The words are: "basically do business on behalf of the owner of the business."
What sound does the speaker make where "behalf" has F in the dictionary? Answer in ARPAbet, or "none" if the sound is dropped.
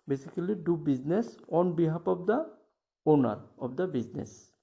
P